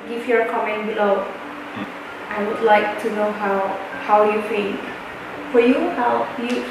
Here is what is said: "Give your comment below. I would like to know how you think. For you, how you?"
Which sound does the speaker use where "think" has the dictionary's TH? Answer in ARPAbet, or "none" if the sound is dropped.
F